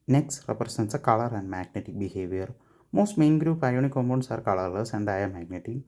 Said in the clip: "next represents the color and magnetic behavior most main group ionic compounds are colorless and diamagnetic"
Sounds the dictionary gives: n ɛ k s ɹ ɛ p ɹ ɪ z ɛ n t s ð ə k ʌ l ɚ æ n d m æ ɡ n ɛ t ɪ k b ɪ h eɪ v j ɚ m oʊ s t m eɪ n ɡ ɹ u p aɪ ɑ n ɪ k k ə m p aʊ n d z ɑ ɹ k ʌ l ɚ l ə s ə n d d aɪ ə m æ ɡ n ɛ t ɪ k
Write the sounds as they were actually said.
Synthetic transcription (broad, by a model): n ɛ k s ɹ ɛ p ɹ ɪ s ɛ n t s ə k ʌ l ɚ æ n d m æ ɡ n ɛ t ɪ k b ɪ h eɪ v j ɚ m oʊ s t m eɪ n ɡ ɹ u p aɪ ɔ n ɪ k k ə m ɔ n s ɑ ɹ k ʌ l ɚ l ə s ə n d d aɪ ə m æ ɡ n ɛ t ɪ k